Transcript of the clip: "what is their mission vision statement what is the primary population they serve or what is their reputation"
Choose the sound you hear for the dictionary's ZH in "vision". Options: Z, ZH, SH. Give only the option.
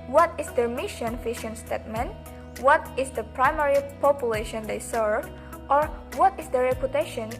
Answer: SH